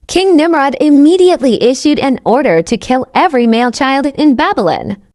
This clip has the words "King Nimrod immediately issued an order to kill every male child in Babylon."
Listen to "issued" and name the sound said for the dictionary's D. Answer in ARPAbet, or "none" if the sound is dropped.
D